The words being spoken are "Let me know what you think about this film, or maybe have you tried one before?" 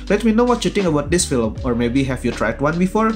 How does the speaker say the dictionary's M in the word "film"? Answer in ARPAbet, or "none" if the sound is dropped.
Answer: M